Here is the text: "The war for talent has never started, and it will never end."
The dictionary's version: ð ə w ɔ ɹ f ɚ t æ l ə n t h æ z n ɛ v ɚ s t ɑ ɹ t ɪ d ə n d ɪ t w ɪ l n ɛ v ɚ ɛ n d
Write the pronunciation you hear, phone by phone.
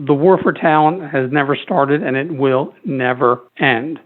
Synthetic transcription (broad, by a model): ð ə w ɔ ɹ f ɚ t æ l ə n t h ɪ z n ɛ v ɚ s t ɑ ɹ t ɪ d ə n ɪ t w ɪ l n ɛ v ɚ ɛ n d